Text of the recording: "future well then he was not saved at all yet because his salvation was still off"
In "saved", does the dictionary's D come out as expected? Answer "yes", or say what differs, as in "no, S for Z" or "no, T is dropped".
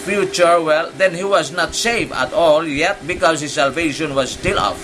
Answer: no, D is dropped